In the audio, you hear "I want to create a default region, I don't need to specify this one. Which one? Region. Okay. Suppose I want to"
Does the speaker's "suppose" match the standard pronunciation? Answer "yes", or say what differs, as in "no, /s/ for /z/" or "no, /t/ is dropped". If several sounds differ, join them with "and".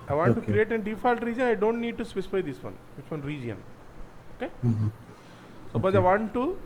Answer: no, /b/ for /p/